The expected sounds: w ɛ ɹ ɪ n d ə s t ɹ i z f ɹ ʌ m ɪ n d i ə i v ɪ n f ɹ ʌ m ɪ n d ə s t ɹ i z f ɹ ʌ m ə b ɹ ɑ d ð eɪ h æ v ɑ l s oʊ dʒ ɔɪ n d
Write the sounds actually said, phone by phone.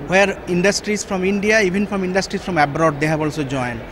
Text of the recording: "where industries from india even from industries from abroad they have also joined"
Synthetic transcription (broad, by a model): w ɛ ɹ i n d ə s t ɹ i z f ɹ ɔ m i n d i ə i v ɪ n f ɹ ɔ m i n d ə s t ɹ i s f ɹ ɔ m ə b ɹ ɑ d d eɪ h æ b ɑ l s oʊ dʒ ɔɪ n